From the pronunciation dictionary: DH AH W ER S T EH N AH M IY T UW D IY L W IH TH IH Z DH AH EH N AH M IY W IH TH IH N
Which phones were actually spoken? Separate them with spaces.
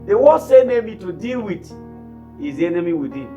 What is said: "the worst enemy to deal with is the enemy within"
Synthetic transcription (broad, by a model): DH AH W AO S EH N AH M IY T UW D IY L W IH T IH Z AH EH N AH M IY W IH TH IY